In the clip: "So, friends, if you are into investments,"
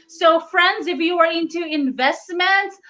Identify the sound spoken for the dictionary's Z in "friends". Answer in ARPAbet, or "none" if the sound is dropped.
Z